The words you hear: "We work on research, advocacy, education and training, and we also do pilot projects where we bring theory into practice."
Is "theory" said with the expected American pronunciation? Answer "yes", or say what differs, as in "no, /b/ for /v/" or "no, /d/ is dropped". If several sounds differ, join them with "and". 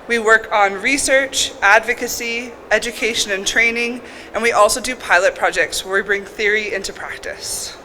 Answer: yes